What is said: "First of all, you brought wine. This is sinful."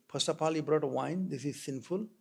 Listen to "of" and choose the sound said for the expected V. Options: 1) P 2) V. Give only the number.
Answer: 1